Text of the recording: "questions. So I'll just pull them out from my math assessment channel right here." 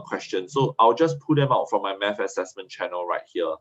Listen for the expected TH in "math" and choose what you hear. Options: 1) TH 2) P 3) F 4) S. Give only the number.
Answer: 3